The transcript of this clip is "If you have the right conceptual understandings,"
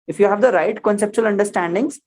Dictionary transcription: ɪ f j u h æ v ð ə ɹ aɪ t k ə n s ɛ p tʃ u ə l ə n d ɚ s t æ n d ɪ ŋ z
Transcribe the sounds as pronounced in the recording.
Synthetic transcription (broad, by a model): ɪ f j u h æ v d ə ɹ aɪ t k ə n s ɛ p tʃ u ə l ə n d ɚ s t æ n d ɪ ŋ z